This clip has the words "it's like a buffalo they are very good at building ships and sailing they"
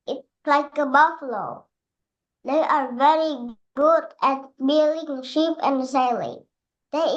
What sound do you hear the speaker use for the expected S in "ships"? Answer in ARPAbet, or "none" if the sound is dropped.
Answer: none